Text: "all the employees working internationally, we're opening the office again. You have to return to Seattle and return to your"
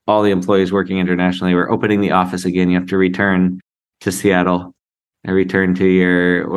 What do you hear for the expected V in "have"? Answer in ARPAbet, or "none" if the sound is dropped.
F